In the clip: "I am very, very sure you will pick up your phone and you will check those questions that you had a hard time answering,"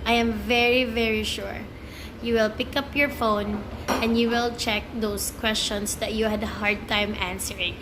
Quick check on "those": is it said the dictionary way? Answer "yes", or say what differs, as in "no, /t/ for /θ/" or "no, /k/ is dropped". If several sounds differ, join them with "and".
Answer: no, /s/ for /z/